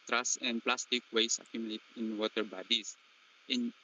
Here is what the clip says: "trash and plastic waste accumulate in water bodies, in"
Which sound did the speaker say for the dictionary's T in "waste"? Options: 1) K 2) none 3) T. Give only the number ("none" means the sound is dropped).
2